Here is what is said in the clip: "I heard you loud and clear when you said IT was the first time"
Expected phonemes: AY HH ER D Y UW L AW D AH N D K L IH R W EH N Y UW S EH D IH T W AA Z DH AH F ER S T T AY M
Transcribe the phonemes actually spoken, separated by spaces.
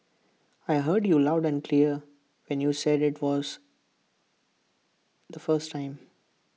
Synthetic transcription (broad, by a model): AY HH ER D Y UW L AW D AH N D K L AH R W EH N Y UW S EH D IH T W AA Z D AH F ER S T T AY M